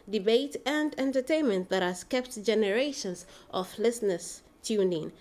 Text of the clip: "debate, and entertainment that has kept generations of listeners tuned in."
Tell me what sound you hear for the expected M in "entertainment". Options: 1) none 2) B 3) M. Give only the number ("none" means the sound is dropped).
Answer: 3